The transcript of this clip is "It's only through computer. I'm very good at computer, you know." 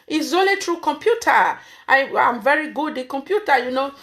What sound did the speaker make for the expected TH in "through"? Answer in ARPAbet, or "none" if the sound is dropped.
T